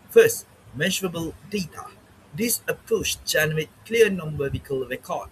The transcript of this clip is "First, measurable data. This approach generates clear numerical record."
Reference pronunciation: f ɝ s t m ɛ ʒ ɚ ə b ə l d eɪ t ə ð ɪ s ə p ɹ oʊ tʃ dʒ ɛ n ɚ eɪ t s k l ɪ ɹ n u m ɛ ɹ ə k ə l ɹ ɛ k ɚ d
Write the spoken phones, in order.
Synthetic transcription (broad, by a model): f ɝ s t m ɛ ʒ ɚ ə b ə l d eɪ t ə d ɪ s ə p ɹ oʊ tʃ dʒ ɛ n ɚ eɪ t k l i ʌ n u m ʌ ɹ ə k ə l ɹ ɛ k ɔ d